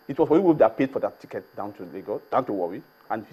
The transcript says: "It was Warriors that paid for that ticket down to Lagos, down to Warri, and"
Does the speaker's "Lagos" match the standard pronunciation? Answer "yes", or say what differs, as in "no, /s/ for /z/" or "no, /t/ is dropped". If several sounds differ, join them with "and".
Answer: no, /s/ is dropped